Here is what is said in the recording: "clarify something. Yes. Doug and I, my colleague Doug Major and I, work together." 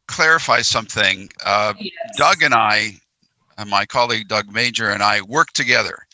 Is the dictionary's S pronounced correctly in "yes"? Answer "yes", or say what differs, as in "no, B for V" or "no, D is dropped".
no, S is dropped